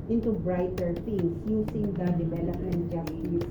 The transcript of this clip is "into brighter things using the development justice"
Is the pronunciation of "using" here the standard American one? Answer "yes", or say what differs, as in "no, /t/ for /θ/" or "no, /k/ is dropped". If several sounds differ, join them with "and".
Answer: no, /s/ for /z/